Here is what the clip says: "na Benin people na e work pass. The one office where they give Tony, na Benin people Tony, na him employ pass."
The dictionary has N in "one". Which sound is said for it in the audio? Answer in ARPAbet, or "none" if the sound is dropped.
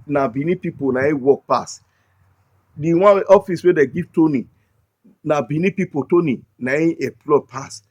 none